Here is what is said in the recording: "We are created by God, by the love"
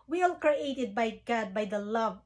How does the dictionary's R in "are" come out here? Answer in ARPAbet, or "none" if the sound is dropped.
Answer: L